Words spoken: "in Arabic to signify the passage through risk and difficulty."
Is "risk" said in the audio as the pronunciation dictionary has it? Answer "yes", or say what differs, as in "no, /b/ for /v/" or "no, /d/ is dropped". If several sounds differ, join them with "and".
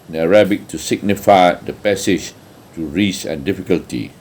no, /k/ is dropped